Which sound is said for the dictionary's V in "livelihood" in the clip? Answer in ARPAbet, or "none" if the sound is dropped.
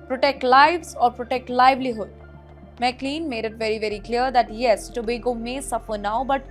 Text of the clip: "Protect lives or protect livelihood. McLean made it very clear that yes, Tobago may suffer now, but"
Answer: V